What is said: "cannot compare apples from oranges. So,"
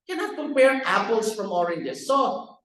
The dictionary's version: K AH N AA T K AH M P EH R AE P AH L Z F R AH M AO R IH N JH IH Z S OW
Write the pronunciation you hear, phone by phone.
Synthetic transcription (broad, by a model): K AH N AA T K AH P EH R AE P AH L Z F R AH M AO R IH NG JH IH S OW